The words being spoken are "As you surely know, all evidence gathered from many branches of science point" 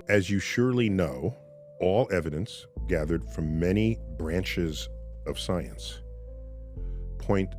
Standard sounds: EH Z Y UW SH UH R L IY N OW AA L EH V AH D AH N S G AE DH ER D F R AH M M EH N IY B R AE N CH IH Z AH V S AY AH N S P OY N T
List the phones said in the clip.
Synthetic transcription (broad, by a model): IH Z Y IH SH UH R L IY N OW AA L EH V AH D AH N S G AE DH ER D F R AH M M EH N IY B R AE N CH IH Z AH V S AY AH N S P OY N T